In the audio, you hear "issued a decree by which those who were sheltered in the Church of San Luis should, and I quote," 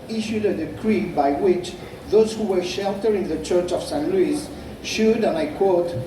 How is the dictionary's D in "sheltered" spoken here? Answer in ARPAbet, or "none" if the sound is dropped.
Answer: none